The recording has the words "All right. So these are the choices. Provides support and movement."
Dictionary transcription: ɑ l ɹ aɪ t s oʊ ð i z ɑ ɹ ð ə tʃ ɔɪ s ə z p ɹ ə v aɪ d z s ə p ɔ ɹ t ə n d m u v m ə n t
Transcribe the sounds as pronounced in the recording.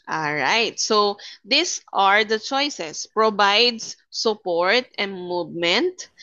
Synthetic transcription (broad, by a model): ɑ l ɹ aɪ t s oʊ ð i s ɑ ɹ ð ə tʃ ɔɪ s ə s p ɹ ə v aɪ d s s ə p ɔ ɹ t ə n d m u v m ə n t